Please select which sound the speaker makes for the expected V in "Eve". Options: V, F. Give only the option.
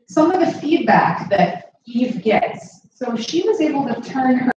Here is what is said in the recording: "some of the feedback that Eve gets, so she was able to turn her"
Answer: V